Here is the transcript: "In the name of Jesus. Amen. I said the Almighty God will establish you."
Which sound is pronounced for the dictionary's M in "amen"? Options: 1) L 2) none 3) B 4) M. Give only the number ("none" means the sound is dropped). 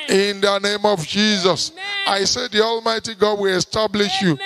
2